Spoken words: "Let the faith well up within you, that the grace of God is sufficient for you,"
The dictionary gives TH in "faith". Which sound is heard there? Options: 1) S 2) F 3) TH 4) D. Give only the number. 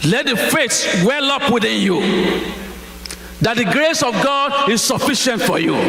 1